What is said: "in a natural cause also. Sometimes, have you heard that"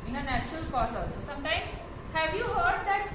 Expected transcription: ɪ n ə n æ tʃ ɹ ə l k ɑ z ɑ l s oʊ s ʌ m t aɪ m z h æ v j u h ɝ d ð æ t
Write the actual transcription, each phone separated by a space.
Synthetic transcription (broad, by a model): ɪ n ə n æ tʃ ɹ ə l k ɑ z ɑ l s oʊ s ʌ m t aɪ m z h æ v j u h ɝ d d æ t